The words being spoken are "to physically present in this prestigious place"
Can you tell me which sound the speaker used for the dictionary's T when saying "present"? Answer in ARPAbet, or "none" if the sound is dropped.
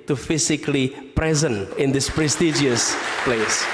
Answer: none